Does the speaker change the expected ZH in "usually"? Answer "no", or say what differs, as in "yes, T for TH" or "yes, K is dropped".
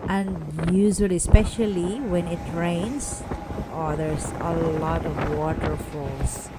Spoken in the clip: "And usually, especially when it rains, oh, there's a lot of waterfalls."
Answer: yes, Z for ZH